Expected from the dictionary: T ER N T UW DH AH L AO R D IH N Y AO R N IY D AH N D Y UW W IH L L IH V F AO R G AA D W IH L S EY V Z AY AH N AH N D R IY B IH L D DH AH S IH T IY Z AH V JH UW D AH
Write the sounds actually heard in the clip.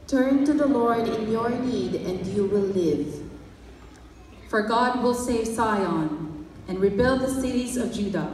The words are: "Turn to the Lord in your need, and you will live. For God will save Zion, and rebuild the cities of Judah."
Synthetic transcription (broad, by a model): T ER N T UW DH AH L AO R D IH N Y AO R N IY D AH N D Y UW W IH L L IH V F AO R G AA D W IH L S EY V S AY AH N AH N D R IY B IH L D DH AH S IH T IY Z AH V JH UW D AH